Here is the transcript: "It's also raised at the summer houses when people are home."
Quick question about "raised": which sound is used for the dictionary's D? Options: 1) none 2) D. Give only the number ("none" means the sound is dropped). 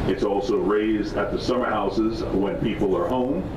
2